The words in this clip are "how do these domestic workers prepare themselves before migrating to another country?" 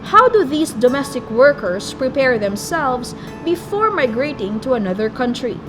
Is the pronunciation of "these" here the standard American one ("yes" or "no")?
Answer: no